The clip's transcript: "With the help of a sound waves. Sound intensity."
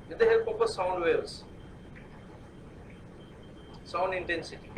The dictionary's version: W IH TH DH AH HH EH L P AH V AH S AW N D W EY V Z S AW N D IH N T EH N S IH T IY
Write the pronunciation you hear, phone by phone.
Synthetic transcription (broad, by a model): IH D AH HH EH L P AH P AH S AW N D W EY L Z S AW N D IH N T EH N S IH T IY